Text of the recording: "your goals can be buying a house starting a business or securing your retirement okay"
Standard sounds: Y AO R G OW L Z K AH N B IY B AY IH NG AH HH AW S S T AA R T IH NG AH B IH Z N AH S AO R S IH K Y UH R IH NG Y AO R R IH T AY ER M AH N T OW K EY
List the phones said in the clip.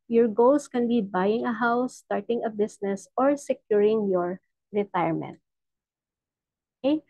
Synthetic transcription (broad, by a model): Y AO R G OW L S K AH N B IY B AY IH NG AH HH AW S S T AA R T IH NG AH B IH S N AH S AO R S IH K Y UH R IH NG Y AO R R IH T AY ER M AH N T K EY